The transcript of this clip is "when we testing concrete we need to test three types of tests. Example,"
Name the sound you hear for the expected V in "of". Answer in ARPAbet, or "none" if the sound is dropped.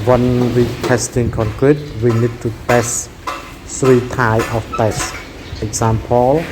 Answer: F